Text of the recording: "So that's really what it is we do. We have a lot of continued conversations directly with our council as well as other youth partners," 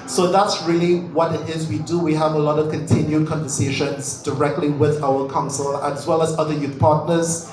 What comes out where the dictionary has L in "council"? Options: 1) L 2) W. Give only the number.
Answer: 1